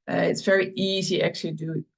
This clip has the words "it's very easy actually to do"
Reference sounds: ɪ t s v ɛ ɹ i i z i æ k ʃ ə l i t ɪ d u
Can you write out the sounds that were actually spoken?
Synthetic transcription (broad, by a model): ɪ t s v ɛ ɹ i i z i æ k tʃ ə l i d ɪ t